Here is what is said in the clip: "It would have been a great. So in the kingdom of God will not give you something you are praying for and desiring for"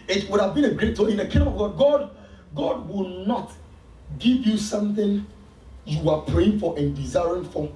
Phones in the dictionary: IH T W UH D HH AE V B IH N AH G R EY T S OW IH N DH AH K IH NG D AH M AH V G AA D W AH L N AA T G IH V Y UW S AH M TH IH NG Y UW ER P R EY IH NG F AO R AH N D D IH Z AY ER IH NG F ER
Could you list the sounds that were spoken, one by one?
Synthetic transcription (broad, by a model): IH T W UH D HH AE V B IH N AH G R EY T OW IH N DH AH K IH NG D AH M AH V G AA D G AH W N AA T G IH V Y UW S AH M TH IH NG Y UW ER P R EY IH NG F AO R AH N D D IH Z AY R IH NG F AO